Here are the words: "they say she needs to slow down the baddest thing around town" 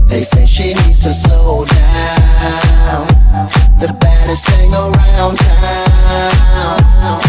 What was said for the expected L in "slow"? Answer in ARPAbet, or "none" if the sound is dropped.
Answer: none